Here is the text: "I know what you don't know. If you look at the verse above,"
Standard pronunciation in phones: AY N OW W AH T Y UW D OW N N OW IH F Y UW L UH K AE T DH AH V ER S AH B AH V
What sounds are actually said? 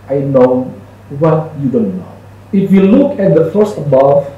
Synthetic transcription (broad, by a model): AY N OW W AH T Y UW D OW N N OW IH F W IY L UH K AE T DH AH F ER S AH B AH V